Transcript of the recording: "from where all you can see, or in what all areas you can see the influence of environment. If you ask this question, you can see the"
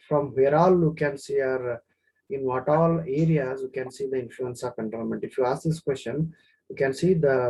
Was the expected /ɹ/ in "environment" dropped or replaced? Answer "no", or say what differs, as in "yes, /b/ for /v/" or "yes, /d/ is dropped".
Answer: yes, /ɹ/ is dropped